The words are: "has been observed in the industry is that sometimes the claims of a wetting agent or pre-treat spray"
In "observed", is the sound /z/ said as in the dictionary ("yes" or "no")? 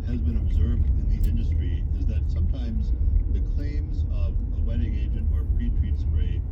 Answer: yes